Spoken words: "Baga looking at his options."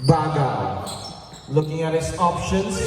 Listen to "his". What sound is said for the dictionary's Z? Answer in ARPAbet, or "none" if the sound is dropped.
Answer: S